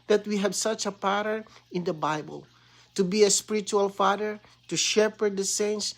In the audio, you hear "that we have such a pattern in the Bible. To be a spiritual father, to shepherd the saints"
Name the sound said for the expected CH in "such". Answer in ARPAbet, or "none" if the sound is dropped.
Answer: CH